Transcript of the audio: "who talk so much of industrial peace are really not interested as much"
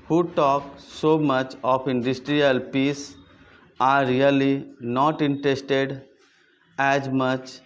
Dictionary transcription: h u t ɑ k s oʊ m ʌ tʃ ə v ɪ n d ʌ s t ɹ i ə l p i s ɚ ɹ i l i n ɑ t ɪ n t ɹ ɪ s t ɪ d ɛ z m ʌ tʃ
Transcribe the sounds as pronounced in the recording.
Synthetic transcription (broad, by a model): h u t ɑ k s oʊ m ʌ tʃ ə p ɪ n d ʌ s t ɹ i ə l p i s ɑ ɹ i l i n ɑ t ɪ n t ɹ ɪ s t ɪ d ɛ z m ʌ tʃ